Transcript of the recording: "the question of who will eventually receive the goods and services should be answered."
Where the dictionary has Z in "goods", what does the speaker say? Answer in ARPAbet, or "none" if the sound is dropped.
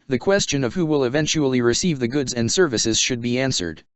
Z